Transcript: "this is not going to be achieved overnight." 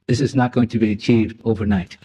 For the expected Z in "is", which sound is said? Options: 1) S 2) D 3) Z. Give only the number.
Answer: 3